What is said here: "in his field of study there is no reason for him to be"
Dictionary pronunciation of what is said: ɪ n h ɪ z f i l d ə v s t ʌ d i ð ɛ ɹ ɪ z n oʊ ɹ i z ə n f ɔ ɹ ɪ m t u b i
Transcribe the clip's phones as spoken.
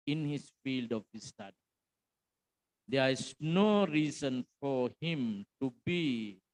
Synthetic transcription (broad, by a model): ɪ n h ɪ s f i l d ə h s t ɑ d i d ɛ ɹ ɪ s n oʊ ɹ i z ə n f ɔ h ɪ m t u b i